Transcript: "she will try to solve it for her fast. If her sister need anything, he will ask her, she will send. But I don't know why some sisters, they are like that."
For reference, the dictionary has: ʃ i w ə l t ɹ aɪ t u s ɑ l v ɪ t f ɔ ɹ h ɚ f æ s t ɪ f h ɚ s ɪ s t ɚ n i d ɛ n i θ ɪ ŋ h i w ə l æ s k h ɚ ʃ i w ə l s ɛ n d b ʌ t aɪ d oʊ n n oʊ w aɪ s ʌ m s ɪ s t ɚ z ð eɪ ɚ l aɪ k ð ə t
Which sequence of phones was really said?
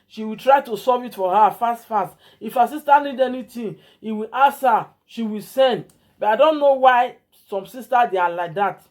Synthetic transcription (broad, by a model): ʃ i w ə l t ɹ aɪ t u s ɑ v ɪ t f ɔ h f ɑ f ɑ s t ɪ f h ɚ s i s t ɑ n i d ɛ n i t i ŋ h i w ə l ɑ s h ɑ ʃ i w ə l s ɛ n d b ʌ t aɪ d oʊ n n oʊ w aɪ s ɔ m s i s t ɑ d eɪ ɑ l aɪ k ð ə t